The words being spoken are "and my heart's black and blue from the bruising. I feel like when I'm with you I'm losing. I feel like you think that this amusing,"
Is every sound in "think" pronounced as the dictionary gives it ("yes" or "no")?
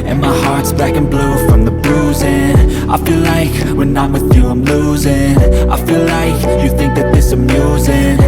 yes